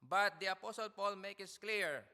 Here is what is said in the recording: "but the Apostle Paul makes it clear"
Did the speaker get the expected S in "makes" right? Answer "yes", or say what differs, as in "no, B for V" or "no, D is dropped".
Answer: no, S is dropped